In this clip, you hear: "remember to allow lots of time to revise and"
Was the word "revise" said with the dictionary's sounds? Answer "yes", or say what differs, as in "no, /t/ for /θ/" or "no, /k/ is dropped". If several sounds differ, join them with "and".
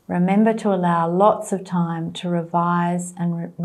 yes